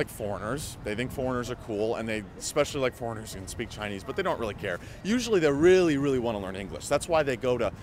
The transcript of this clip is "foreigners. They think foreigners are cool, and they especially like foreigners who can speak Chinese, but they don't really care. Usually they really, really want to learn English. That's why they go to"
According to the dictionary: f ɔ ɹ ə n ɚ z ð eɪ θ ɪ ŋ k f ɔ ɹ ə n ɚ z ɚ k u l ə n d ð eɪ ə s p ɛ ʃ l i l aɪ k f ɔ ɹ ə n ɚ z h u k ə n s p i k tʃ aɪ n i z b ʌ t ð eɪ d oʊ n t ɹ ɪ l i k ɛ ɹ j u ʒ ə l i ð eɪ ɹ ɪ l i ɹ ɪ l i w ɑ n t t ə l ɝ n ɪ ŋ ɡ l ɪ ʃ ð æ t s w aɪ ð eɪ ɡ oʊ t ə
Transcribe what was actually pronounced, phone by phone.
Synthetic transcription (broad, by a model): f ɔ ɹ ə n ɚ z ð eɪ θ ɪ ŋ k f ɔ ɹ ə n ɚ z ɚ k u l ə n ð eɪ ə s p ɛ ʃ l i l aɪ k f ɔ ɹ ə n ɚ z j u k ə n s p i k tʃ aɪ n i z b ʌ t ð eɪ d oʊ n t ɹ ɪ l i k ɛ ɹ j u ʒ l i ð eɪ ɹ ɪ l i ɹ ɪ l i w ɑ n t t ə l ɝ n ɪ ŋ ɡ l ɪ ʃ ð æ t s w aɪ ð eɪ ɡ oʊ t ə